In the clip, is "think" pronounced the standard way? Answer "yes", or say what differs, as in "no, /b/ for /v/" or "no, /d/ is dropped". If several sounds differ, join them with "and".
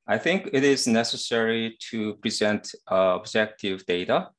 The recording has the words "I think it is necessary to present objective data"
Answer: yes